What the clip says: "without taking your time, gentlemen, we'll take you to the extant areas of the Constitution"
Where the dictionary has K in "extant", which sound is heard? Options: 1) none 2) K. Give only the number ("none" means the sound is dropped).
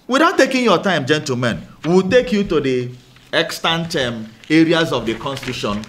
2